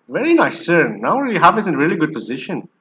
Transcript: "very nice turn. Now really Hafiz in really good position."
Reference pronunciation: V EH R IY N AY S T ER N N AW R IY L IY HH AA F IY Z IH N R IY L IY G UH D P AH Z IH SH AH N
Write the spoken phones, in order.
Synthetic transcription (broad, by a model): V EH R IY N AY S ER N N AW R IY L IY HH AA P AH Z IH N R IY L IY G UH D P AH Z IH SH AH N